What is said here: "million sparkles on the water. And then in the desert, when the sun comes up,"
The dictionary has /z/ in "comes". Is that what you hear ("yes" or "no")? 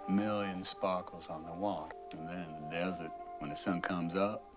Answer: yes